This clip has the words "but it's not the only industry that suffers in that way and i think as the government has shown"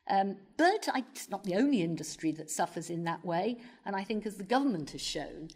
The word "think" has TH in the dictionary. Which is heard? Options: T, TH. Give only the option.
TH